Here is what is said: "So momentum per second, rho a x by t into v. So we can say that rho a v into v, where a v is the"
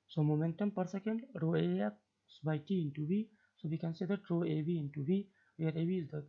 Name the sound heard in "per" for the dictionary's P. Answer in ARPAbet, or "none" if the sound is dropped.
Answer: P